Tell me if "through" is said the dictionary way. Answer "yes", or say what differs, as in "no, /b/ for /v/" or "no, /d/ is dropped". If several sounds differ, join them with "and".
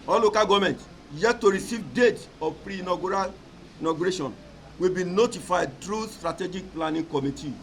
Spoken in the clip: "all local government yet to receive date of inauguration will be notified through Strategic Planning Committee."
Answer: no, /t/ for /θ/